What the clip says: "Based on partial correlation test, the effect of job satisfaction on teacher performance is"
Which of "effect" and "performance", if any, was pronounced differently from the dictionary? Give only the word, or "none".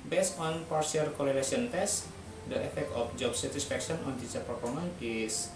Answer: performance